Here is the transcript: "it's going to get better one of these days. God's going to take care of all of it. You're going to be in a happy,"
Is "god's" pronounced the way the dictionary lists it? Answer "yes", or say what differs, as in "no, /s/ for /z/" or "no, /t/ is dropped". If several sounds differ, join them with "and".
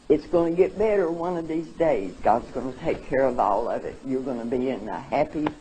yes